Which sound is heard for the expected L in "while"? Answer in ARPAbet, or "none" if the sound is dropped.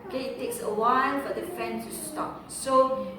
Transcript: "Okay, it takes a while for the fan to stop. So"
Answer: N